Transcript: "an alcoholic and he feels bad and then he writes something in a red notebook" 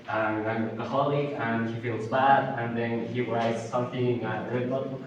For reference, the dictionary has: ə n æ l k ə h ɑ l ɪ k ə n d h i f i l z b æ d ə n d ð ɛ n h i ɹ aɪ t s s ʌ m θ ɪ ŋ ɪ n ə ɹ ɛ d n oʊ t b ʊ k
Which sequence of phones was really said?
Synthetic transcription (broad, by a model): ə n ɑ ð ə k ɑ l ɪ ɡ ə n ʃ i f i l z b æ d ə n ð ɛ n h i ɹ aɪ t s s ʌ m θ ɪ ŋ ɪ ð ə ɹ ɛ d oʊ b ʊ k